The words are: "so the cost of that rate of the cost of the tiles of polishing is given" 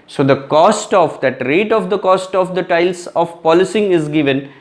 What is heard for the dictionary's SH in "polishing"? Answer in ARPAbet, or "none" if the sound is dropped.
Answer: S